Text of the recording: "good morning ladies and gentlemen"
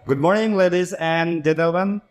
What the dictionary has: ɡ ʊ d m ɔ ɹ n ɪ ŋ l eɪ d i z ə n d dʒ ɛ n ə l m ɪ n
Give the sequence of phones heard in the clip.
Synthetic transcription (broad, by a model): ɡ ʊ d m ɔ ɹ n ɪ ŋ l eɪ d i z ə n d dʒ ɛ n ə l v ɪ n